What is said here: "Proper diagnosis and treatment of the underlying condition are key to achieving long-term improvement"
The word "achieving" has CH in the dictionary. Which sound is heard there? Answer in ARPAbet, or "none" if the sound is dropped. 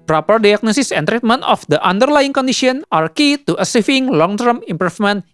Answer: S